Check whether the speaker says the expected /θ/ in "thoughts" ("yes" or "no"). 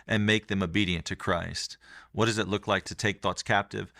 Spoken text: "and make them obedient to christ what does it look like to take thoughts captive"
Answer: yes